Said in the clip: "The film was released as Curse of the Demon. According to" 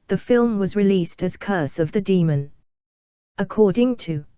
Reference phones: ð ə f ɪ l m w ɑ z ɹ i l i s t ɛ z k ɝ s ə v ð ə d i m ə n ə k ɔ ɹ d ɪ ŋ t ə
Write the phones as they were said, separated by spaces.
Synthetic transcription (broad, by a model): ð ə f ɪ l m w ɑ z ɹ i l i s t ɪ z k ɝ s ə v ð ə d i m ə n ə k ɔ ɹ d ɪ ŋ t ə